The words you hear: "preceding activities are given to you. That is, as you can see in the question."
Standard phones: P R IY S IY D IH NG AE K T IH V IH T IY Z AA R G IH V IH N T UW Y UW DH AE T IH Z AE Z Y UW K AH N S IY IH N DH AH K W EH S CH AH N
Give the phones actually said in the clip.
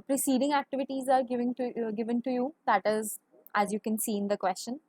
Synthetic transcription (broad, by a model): P R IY S IY D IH NG AE K T IH V IH T IY Z AA R G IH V IH N T UW Y UW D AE T IH Z AE Z Y UW K AH N S IY IH N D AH K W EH S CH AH N